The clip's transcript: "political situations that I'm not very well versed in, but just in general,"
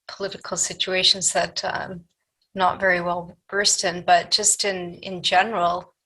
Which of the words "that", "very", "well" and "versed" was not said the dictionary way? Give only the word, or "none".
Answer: versed